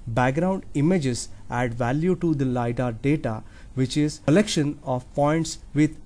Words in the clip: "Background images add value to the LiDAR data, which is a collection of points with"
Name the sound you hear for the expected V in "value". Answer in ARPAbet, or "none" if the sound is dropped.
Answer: V